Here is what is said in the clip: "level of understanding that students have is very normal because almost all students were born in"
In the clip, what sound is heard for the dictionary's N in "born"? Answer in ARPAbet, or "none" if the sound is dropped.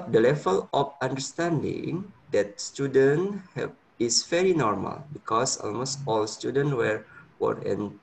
none